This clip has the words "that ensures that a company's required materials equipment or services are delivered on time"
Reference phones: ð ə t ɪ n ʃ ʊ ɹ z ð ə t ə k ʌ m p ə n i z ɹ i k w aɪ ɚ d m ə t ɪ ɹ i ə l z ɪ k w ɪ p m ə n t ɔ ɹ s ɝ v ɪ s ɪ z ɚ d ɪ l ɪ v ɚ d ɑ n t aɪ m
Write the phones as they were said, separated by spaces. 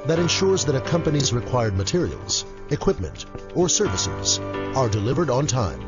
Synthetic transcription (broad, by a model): ð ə t ɪ n ʃ ʊ ɹ z ð ə t ə k ʌ m p ə n i z ɹ i k w aɪ ɚ d m ə t ɪ ɹ i ə l z ɪ k w ɪ p m ə n t ɔ ɹ s ɝ v ɪ s ɪ z ɚ d ɪ l ɪ v ɚ d n t aɪ m